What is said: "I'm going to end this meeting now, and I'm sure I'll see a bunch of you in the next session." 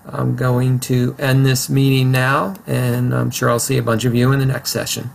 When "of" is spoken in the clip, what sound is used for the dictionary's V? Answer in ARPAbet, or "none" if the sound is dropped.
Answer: V